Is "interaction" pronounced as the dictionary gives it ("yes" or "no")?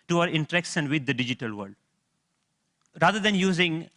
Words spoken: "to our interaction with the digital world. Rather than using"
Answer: no